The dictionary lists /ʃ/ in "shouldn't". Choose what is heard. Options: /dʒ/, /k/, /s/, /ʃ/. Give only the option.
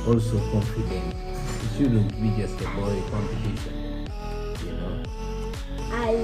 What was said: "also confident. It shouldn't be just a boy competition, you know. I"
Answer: /s/